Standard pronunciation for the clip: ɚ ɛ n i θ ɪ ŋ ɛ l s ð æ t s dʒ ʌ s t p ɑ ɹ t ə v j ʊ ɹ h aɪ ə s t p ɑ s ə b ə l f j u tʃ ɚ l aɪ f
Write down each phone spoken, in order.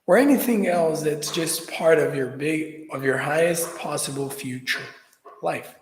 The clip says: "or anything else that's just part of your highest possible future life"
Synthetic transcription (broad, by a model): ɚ ɛ n i θ ɪ ŋ ɛ l s ð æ t s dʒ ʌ s t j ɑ ɹ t ə v j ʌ ɹ h aɪ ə s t p ɑ s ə b l f j u tʃ ɚ l aɪ f